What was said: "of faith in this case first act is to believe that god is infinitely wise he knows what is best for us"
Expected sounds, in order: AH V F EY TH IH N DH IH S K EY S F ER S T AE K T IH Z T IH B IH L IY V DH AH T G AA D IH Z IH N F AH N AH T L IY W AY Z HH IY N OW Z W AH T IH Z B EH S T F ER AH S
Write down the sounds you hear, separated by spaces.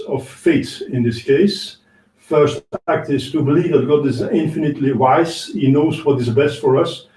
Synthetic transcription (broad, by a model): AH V F EY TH IH N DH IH S K EY S F ER S T AE K T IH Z T IH B IH L IY V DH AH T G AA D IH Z IH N F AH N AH T L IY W AY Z HH IY N OW Z W AH T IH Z B EH S T F ER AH S